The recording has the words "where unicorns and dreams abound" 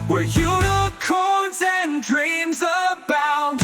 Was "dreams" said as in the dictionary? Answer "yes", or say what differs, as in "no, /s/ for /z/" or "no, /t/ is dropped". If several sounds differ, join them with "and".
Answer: yes